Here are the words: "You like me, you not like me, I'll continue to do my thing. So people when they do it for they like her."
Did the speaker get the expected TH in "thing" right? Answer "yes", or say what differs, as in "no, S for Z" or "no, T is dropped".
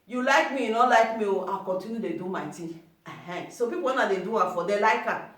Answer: no, T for TH